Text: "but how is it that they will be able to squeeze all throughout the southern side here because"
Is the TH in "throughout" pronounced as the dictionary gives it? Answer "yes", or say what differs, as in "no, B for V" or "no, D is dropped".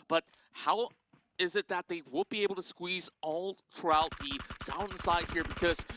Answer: yes